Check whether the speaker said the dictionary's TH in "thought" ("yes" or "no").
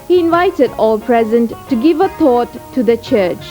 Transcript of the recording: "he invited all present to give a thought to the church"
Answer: no